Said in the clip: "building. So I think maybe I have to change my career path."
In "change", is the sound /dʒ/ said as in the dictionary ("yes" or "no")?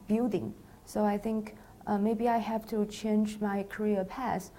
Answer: yes